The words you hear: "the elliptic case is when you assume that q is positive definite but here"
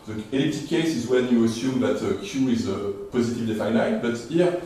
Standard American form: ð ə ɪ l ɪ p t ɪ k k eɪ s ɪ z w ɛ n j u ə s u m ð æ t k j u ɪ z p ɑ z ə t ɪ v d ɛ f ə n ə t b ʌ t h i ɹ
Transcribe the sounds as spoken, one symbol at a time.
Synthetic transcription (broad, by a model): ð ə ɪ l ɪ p t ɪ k k eɪ s ɪ z w ɛ n j u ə s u m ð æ t k j u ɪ z p ɑ z ə t ɪ v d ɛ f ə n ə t b ʌ t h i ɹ